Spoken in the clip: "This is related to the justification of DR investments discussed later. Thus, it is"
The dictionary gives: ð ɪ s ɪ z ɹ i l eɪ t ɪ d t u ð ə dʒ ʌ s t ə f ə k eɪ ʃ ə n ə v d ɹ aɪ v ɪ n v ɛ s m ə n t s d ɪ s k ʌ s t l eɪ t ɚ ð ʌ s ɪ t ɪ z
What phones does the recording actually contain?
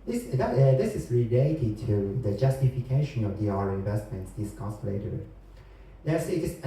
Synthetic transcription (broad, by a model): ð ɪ s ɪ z ɹ i l eɪ t ɪ d t u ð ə dʒ ʌ s t ə f ə k eɪ ʃ ə n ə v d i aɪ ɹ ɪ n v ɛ s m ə n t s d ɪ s k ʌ s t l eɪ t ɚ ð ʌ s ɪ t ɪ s